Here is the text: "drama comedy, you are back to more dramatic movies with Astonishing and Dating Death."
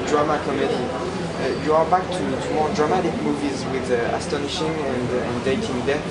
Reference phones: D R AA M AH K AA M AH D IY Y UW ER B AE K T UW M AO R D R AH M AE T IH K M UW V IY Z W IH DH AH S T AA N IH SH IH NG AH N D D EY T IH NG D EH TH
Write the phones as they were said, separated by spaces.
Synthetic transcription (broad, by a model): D R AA M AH K AA M AH D IY Y UW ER B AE K T UW M AO R D R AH M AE T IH K M UW V IY Z W IH DH AH S T AA N IH SH IH NG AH N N D EY T IH NG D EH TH